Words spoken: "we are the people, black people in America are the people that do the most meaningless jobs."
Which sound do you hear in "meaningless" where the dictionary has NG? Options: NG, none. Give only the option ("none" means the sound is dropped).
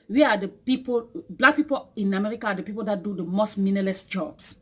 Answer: none